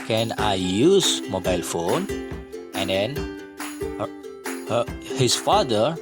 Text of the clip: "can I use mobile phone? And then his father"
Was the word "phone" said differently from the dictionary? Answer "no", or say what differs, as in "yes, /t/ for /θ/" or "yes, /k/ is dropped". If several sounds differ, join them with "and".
no